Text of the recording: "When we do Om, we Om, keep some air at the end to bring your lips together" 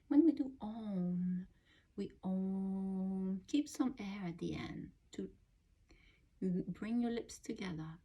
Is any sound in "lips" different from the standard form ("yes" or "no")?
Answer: no